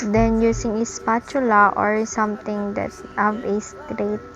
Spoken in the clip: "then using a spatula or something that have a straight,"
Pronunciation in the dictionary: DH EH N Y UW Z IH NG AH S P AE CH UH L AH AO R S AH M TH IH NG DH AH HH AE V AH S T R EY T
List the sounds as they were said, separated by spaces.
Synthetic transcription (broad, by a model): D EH N Y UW S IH NG AH S P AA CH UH L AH AO R S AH M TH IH NG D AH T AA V AH S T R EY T